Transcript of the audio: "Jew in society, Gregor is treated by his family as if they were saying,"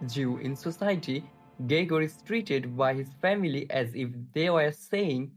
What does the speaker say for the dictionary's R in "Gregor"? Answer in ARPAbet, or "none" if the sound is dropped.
none